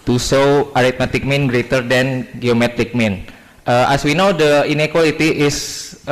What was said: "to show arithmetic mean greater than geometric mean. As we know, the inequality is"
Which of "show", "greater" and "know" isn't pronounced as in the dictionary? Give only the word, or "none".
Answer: show